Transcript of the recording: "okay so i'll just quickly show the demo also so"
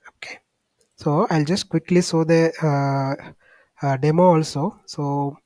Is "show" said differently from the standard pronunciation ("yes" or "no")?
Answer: yes